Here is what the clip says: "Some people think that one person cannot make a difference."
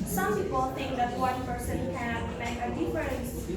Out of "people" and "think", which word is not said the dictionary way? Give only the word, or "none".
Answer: none